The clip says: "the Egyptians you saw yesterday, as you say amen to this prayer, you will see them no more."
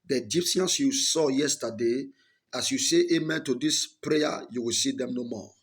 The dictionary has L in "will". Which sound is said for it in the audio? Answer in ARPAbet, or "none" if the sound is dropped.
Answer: L